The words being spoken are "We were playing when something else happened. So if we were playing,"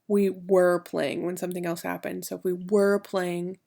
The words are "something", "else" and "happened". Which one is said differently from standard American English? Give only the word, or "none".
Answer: none